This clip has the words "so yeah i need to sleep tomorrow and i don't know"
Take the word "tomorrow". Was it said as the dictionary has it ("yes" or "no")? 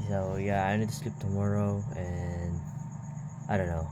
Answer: yes